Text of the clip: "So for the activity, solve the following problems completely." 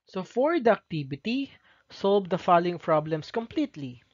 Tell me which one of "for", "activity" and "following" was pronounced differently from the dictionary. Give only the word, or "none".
activity